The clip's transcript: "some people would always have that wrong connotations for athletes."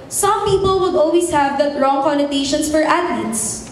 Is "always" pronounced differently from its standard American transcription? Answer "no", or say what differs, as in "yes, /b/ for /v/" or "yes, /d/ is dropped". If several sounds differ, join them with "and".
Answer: yes, /s/ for /z/